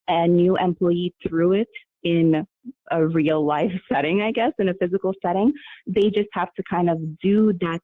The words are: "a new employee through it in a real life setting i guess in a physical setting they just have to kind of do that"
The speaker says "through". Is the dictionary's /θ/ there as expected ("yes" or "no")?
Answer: yes